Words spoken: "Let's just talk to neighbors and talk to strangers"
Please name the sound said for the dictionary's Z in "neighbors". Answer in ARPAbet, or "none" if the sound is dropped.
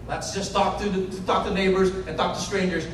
Z